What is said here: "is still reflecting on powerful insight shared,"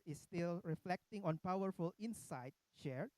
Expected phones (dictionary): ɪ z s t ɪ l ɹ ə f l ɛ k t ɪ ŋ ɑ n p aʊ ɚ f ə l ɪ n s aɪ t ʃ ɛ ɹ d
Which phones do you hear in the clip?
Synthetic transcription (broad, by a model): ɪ s t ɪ l ɹ ə f l ɛ k t ɪ ŋ ɑ n p aʊ ɚ f ə l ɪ n s aɪ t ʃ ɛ ɹ